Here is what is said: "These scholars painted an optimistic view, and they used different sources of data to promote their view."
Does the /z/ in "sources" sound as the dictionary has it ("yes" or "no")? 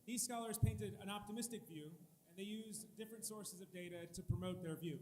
yes